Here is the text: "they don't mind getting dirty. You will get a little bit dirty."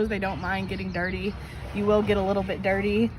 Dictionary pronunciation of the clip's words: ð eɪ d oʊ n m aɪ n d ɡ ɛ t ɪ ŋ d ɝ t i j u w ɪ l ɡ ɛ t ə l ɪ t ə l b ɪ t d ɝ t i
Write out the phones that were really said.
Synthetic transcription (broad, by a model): ð eɪ d oʊ n m aɪ n d ɡ ɛ t ɪ ŋ d ɝ t i j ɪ w ɪ l ɡ ɛ t ə l ɪ t l b ɪ t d ɝ t i